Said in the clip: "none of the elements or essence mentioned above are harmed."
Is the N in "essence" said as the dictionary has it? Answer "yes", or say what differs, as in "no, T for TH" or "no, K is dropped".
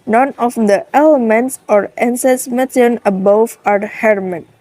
no, N is dropped